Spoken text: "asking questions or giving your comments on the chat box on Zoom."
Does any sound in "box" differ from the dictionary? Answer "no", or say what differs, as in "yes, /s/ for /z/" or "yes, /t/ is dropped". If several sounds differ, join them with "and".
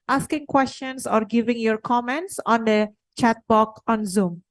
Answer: yes, /s/ is dropped